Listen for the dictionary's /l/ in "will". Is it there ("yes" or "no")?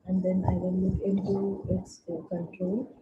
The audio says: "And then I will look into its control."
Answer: no